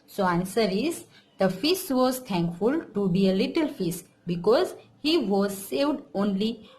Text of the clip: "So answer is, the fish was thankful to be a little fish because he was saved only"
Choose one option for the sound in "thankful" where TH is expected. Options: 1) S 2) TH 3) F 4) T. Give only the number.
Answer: 4